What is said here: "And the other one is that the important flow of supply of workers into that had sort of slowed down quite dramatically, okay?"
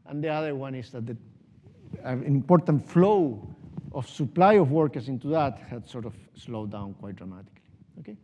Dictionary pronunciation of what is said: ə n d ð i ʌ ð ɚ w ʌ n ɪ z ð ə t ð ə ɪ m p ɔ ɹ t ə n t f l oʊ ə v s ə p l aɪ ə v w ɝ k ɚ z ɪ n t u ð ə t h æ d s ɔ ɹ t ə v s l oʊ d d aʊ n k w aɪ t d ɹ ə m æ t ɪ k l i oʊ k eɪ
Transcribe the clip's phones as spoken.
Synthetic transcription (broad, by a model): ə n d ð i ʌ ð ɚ w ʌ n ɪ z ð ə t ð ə ɪ m p ɔ ɹ t ə n t f l oʊ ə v s ə p l aɪ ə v w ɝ k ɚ s ɪ n t u ð ə t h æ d s ɔ ɹ t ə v s l oʊ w d aʊ n k w aɪ t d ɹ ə m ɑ t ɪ k l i oʊ k eɪ